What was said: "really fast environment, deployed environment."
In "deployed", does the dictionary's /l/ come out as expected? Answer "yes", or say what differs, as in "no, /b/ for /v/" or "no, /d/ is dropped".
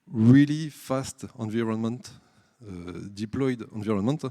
yes